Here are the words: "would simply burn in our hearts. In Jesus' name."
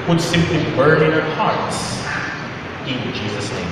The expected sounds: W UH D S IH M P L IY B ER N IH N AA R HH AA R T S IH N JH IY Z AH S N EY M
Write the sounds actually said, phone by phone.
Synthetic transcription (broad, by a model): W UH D S IH M P L IY B ER N IH N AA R HH AA R T S IH N JH IY Z AH S N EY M